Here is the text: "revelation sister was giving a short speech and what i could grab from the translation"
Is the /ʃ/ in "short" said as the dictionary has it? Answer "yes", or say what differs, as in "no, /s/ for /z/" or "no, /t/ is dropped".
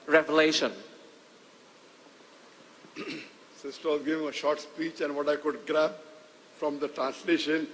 yes